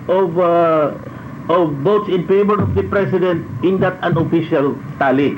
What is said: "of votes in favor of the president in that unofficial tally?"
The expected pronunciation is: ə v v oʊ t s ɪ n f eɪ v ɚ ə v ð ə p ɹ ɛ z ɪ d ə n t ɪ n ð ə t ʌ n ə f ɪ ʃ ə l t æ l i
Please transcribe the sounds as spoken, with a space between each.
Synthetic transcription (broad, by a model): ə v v oʊ t s ɪ n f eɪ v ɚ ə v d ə p ɹ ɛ s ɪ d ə n t ɪ n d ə t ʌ n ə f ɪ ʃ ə l t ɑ l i